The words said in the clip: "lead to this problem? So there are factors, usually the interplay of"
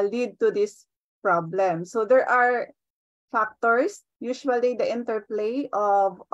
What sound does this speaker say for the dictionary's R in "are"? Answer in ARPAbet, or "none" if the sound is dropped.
R